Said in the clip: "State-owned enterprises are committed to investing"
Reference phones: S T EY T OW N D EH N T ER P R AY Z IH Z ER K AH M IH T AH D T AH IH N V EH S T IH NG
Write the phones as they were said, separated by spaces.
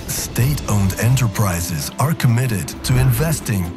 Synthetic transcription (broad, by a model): S T EY T OW N D EH N T ER P R AY Z IH Z ER K AH M IH T AH D T AH IH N V EH S T IH NG